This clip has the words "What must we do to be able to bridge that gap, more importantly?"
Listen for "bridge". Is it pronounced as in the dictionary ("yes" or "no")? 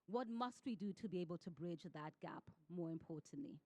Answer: yes